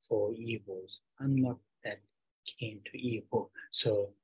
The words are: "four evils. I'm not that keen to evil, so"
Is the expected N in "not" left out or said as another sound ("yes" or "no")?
yes